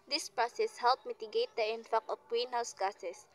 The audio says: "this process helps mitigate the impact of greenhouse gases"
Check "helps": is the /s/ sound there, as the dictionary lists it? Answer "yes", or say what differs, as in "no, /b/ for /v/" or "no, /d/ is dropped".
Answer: no, /s/ is dropped